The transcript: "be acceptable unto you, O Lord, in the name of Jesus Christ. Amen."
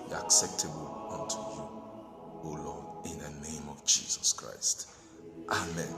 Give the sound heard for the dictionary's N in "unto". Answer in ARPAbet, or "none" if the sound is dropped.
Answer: N